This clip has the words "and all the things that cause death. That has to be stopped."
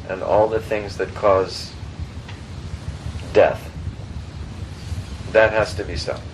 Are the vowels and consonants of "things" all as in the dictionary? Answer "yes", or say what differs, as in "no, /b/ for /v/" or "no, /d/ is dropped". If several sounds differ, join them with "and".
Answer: yes